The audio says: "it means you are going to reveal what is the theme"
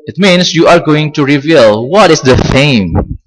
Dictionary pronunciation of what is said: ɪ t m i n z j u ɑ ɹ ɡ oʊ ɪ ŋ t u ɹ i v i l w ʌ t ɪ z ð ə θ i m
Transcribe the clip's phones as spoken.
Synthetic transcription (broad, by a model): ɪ t m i n s j u ɑ ɹ ɡ oʊ ɪ ŋ t u ɹ i v i l w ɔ t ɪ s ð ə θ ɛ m